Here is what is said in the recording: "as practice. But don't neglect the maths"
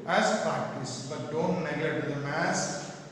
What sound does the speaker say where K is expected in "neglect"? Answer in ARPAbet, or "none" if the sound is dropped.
none